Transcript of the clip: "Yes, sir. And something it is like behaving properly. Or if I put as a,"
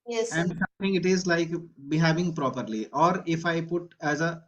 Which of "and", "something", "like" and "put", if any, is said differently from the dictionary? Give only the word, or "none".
something